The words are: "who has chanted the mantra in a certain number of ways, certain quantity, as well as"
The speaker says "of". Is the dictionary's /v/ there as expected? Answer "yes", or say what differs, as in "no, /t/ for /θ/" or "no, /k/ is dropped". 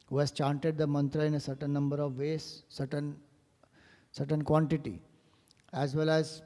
yes